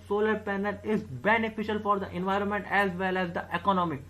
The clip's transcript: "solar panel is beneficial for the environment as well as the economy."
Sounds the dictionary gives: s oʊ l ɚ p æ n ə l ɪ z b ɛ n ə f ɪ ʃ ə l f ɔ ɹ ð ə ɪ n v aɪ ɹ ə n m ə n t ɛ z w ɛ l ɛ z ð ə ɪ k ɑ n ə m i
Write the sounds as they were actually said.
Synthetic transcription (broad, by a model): s oʊ l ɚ p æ n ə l ɪ z b ɛ n ə f ɪ ʃ ə l f ɔ ɹ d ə ɪ n v aɪ ɹ ə n m ə n t ɛ z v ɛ l ɛ z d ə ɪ k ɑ n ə m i